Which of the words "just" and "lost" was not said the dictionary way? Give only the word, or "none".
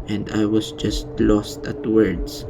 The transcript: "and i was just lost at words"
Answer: none